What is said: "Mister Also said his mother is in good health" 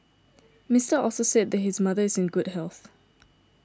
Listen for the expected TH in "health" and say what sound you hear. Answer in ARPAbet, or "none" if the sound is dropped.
TH